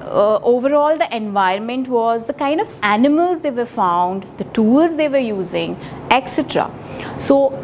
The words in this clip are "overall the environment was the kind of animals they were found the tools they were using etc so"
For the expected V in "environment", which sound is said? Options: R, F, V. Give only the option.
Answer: V